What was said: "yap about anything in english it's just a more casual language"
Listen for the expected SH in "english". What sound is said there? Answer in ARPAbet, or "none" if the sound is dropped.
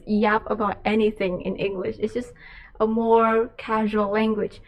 SH